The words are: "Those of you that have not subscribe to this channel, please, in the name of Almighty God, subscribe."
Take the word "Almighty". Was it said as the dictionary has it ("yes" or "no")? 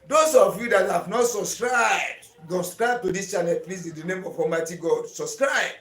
no